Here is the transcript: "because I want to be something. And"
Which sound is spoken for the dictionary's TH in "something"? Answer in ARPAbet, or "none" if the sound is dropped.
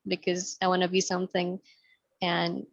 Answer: TH